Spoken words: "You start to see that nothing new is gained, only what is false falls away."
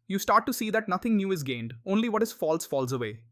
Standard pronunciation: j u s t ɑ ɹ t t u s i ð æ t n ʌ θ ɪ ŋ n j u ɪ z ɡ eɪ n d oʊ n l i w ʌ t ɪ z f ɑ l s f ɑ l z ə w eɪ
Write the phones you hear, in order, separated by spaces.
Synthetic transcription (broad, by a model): j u s t ɑ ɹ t t u s i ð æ t n ʌ t ɪ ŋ n j u ɪ z ɡ eɪ n d oʊ n l i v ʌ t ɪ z f ɑ l s f ɑ l z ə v eɪ